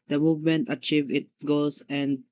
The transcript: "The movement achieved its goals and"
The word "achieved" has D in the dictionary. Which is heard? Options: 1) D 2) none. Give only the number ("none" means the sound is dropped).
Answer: 2